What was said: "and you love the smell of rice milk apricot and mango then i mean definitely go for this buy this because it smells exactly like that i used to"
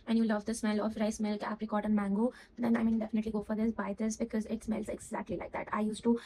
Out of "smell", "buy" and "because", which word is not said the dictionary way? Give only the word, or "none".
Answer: none